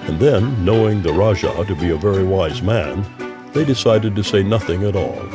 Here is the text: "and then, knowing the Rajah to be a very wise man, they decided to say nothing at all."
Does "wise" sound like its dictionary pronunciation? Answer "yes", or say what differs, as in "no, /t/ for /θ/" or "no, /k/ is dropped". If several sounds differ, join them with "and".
yes